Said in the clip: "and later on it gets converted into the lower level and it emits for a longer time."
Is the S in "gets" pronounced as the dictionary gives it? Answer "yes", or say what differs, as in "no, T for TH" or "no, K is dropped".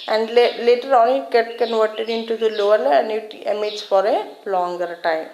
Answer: no, S is dropped